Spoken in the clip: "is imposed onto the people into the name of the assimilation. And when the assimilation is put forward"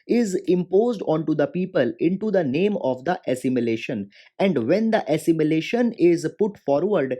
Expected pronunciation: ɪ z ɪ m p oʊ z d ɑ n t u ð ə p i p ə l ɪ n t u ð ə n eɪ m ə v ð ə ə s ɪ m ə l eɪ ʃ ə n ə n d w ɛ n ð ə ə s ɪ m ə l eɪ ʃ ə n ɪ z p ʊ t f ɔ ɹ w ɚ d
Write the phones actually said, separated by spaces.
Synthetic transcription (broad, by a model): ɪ z ɪ m p oʊ z d ɑ n t u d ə p i p ə l ɪ n t u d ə n eɪ m ə v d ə ə s ɪ m ə l eɪ ʃ ə n ə n d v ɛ n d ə ə s ɪ m ə l eɪ ʃ ə n ɪ z p ʊ t f ɔ ɹ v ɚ d